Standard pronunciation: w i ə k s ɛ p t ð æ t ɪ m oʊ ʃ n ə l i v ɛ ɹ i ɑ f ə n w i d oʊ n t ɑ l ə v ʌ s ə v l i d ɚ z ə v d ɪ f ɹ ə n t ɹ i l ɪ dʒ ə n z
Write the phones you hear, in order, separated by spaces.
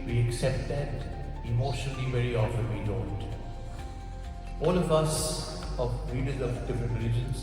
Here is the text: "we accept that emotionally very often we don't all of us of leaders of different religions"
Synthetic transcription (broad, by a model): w i ə k s ɛ p t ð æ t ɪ m oʊ ʃ n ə l i v ɛ ɹ i ɑ f ə n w i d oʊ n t ɑ l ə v ʌ s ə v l i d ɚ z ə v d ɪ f ə t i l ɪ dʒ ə n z